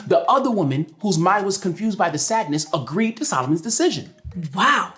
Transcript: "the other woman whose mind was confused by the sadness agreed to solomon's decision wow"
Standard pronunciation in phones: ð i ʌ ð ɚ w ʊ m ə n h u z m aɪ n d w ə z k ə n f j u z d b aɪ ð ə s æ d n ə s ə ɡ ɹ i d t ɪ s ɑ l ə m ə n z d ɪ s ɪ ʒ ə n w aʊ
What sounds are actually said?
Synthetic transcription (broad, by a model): ð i ʌ ð ɚ w ʊ m ə n h u z m aɪ n d w ə z k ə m f j u z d b aɪ ð ə s æ d n ə s ə ɡ ɹ i d t ɪ s ɑ l ə m ə n z d ɪ s ɪ ʒ ə n w aʊ